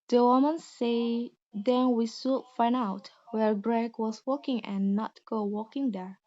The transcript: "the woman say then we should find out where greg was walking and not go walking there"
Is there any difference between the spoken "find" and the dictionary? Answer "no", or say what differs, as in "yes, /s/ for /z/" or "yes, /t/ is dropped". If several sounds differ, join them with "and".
yes, /d/ is dropped